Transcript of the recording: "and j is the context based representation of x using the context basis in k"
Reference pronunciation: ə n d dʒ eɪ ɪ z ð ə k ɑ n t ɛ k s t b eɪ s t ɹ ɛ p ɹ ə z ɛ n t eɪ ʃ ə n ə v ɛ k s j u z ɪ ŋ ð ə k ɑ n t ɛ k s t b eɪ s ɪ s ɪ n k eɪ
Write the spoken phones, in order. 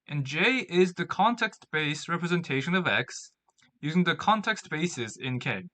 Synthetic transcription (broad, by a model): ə n dʒ eɪ ɪ z ð ə k ɑ n t ɛ k s t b eɪ s ɹ ɛ p ɹ ə z ɛ n t eɪ ʃ ə n ə v ɛ k s j u z ɪ ŋ ð ə k ɑ n t ɛ k s t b eɪ s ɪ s ɪ n k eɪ